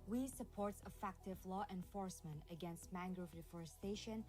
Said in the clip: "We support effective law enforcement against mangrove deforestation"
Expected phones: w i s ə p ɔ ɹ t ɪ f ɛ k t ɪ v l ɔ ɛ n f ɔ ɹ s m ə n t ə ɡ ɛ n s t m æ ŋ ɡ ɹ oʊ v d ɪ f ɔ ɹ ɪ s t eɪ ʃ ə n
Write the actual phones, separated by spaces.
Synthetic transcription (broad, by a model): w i s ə p ɔ ɹ t ɪ f ɛ k t ɪ v l ɔ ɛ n f ɔ ɹ s m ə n t ə ɡ ɛ n s t m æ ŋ ɡ ɹ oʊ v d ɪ f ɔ ɹ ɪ s t eɪ ʃ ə n